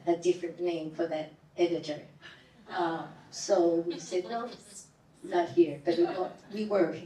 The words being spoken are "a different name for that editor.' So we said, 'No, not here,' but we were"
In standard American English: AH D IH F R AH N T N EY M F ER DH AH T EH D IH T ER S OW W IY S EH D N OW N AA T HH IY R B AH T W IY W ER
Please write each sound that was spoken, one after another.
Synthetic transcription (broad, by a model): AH D IH F R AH N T N EY M F ER DH AH T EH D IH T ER S OW W IY S EH D N OW N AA T HH IY R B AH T W IY W ER